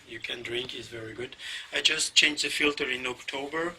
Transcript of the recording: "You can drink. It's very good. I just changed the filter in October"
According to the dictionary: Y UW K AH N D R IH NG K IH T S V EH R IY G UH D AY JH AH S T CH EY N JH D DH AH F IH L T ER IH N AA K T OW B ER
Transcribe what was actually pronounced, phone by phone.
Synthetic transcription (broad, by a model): Y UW K AH N D R IH NG K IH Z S V EH R IY G UH D AY JH AH S T CH EY N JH DH AH F IH L T ER IH N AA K T OW B ER